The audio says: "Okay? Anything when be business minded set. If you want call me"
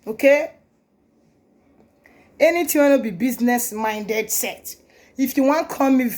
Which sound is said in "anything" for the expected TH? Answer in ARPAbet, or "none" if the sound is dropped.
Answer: T